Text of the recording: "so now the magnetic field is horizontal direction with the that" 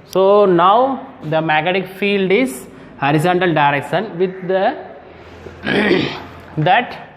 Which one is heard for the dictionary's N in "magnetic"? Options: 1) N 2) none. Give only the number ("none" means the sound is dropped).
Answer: 2